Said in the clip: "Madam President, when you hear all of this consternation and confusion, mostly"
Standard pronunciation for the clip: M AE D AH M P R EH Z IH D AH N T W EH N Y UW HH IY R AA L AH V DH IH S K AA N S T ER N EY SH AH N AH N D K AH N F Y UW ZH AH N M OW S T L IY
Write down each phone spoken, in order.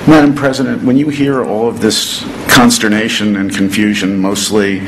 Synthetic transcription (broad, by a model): M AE D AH M P R EH Z IH D AH N T W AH N Y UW HH IY R AA L AH V DH IH S K AA N S T ER N EY SH AH N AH N K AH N F Y UW ZH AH N M OW S T L IY